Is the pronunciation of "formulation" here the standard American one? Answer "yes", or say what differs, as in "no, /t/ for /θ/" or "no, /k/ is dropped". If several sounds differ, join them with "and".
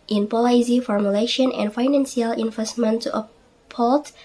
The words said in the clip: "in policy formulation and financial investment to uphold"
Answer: yes